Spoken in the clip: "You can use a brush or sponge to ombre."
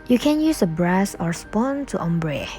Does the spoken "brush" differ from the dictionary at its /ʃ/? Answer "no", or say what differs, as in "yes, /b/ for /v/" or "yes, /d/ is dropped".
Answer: yes, /s/ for /ʃ/